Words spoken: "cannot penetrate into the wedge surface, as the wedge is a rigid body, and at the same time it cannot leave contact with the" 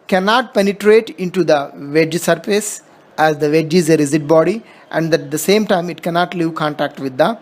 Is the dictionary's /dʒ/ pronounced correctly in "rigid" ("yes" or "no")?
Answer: no